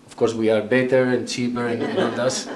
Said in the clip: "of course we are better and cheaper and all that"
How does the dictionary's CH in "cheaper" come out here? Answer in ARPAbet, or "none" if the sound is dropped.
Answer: CH